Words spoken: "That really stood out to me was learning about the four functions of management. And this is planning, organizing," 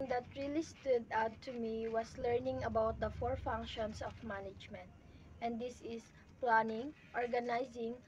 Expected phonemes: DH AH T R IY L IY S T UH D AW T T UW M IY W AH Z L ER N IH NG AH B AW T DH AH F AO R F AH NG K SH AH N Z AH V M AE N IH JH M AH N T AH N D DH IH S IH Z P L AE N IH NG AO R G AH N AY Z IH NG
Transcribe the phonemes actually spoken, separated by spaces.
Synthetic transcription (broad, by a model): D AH T R IY L IY S T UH D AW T T UW M IY W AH S L ER N IH NG AH B AW T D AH F AO R F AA NG K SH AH N S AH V M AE N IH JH M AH N T AH N D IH S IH S P L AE N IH NG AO R G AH N AY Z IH NG